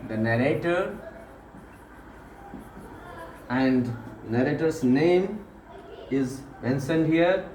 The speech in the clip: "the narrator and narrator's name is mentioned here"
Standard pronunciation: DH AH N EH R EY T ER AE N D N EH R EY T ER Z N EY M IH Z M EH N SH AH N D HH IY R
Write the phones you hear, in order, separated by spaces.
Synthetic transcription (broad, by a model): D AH N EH R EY T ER AE N D N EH R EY T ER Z N EY M IH Z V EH N S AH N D HH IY R